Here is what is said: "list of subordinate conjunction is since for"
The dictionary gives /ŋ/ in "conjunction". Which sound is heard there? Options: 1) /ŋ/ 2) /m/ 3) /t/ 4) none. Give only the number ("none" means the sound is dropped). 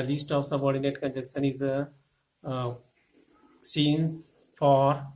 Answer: 4